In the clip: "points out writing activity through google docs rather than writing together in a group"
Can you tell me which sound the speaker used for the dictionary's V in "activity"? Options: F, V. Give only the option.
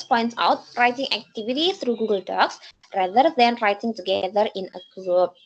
V